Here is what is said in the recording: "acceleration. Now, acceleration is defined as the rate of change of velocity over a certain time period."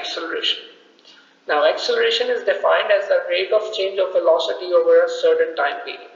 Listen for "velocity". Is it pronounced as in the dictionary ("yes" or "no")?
no